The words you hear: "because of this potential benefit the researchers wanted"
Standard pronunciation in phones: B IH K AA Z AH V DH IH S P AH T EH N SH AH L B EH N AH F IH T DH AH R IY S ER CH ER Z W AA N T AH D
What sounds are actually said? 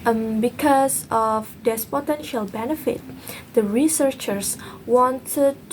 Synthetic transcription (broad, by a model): B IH K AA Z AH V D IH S P AH T EH N SH AH L B EH N AH F IH T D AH R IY S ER CH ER S W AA N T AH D